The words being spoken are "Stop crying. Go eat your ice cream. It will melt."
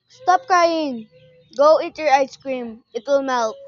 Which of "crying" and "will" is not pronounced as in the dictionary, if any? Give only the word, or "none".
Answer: crying